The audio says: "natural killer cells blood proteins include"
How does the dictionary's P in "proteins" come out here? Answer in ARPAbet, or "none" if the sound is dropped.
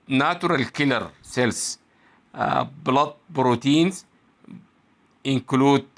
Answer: B